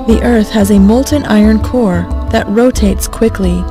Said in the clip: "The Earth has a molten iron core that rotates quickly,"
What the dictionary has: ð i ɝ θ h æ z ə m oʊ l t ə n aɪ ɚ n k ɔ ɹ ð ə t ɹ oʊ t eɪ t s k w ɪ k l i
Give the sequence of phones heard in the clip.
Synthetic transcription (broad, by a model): ð i ɝ θ h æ z ə m oʊ l t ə n aɪ ɚ n k ɔ ɹ ð ə t ɹ oʊ t eɪ t s k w ɪ k l i